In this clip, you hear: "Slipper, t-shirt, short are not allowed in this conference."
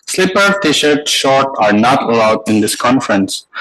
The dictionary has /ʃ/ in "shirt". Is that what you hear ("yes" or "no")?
yes